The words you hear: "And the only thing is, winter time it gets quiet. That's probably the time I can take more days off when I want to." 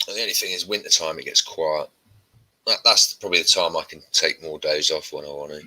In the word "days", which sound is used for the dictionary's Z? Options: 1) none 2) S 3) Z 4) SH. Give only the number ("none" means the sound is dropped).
3